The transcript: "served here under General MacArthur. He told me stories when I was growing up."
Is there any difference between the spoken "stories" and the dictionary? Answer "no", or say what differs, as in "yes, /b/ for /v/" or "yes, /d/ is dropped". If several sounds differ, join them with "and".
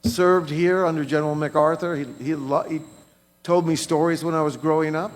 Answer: no